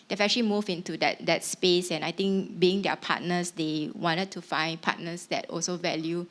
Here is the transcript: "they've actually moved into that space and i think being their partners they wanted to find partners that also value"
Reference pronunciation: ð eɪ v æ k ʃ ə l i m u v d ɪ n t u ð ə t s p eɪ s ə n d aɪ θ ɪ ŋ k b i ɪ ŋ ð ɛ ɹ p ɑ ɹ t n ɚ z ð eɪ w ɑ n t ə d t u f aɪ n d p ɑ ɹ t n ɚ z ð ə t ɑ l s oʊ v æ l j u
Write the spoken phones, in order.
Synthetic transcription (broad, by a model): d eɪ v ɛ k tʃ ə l i m u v ɪ n t u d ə t s p eɪ s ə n aɪ t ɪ ŋ k b i ɪ ŋ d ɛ p ɑ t n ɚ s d eɪ w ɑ n t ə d t u f aɪ n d p ɑ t n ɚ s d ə t ɑ l s oʊ v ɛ l j u